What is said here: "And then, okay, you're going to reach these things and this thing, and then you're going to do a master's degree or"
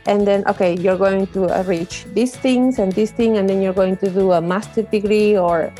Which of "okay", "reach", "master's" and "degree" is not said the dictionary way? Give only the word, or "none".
master's